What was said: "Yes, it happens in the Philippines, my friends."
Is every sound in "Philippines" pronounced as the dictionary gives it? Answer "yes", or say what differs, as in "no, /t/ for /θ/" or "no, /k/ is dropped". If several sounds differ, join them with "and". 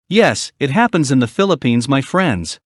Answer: yes